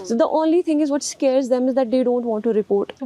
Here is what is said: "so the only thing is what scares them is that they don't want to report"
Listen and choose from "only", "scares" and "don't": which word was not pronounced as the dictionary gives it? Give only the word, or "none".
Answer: none